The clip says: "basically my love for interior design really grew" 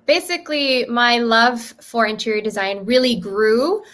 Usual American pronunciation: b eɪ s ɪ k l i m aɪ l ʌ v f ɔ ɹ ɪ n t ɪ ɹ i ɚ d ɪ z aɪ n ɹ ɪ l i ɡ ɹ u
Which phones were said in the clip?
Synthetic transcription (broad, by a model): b eɪ s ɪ k l i m aɪ l ʌ v f ɔ ɹ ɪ n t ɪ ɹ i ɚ d ɪ z aɪ n ɹ ɪ l i ɡ ɹ u